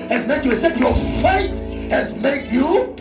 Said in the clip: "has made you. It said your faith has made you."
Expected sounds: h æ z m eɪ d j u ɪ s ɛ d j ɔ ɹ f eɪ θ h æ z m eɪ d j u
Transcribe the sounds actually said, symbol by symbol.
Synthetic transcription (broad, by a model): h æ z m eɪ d j u ɪ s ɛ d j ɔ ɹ f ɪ t h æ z m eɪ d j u